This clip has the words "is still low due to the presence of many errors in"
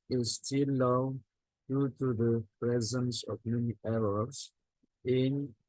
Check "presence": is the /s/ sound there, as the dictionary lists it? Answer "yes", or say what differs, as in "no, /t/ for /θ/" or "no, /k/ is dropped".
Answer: yes